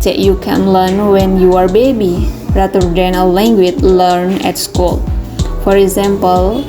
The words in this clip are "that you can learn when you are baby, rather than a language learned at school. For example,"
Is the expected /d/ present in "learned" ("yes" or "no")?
no